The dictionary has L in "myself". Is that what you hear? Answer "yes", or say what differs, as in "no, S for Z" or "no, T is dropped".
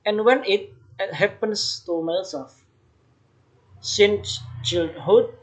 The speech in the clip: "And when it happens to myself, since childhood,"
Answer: no, L is dropped